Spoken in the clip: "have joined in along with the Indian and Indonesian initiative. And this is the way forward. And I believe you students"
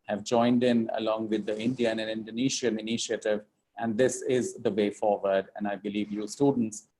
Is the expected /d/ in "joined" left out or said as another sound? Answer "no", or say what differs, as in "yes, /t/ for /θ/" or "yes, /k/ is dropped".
no